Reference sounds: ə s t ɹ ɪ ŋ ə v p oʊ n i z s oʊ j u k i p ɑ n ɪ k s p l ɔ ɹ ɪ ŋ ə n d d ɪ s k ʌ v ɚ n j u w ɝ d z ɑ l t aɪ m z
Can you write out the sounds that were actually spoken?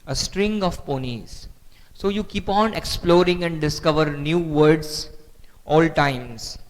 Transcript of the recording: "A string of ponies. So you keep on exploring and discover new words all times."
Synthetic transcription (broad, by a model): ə s t ɹ ɪ ŋ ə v p oʊ n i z s oʊ j u k i p ɑ n ɪ k s p l ɔ ɹ ɪ ŋ ə n d d ɪ s k ʌ v ɚ n j u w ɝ d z ɑ l t aɪ m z